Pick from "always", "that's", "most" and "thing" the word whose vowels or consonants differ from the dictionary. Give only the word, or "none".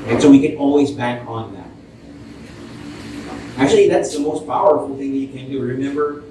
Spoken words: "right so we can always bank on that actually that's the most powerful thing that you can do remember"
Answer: none